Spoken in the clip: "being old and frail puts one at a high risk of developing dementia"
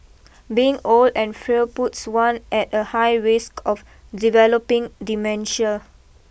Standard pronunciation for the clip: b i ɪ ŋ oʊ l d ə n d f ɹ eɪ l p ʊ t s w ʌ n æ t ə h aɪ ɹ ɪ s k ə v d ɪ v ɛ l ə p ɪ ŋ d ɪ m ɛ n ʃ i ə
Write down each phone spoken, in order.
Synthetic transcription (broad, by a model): b i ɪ ŋ oʊ l d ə n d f ɹ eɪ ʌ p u t s w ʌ n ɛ t ə h aɪ ɹ ɪ s k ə f d ɪ v ɛ l ə p ɪ ŋ d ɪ m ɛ n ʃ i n